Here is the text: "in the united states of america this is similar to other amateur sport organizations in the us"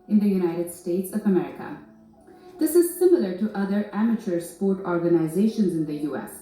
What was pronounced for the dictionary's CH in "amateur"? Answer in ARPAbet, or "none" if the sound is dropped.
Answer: CH